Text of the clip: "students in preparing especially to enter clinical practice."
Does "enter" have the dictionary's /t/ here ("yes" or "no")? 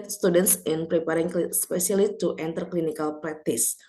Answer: yes